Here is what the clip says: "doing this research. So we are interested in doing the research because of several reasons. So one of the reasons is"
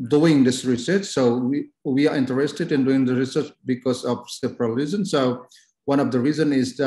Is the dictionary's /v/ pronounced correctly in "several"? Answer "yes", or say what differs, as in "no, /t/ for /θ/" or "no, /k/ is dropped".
no, /p/ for /v/